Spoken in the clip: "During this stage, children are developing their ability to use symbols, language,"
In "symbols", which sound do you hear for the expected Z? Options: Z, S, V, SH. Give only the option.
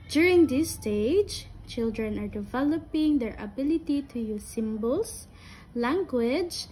S